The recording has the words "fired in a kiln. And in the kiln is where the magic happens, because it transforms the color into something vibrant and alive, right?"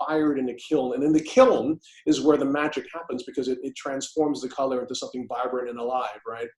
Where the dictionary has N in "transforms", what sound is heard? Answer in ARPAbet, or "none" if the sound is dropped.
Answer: N